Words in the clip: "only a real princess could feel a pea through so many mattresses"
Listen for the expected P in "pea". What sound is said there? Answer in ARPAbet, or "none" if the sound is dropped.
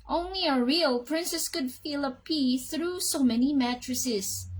P